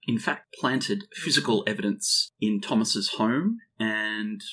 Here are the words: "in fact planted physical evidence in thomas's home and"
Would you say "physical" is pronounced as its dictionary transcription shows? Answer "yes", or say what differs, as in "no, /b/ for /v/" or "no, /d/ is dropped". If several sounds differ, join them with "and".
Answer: yes